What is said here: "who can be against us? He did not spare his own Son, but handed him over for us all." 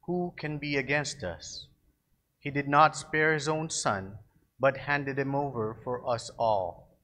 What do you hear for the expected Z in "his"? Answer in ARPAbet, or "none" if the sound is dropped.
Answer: Z